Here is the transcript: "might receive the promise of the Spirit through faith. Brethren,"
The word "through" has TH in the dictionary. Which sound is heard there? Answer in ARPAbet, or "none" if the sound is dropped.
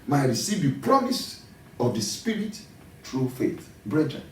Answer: T